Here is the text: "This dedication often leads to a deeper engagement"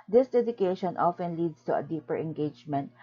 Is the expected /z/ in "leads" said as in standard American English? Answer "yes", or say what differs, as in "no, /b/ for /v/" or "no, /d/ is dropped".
no, /s/ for /z/